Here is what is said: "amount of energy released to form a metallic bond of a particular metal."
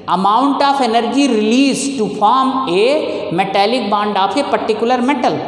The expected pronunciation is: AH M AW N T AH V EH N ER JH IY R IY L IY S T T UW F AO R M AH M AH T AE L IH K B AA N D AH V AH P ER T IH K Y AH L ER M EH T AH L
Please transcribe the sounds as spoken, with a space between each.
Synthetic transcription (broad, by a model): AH M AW N T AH P EH N ER JH IY R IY L IY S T T UW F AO R M AH M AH T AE L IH K B AA N D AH P AH P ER T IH K Y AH L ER M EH T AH L